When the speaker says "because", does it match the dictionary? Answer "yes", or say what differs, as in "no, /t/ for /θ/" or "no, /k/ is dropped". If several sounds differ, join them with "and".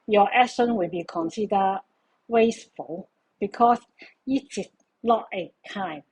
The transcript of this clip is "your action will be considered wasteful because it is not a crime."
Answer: no, /s/ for /z/